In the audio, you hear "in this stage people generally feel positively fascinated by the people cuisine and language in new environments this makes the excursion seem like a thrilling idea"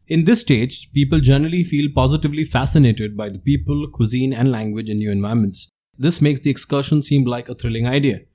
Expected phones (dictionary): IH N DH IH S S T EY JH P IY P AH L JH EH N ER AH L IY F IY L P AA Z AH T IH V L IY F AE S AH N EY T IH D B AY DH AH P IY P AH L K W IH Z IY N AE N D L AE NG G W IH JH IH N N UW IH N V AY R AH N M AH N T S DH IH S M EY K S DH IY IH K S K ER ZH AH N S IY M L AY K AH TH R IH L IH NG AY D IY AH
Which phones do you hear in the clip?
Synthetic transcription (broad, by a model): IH N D IH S S T EY JH P IY P AH L JH EH N ER AH L IY F IY L P AA Z AH T IH V L IY F AE S AH N EY T IH D B AY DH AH P IY P AH L K W IH Z IY N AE N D L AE NG G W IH JH IH N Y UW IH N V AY AH M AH N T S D IH S M EY K S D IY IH K S K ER SH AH N S IY M L AY K AH T R IH L IH NG AY D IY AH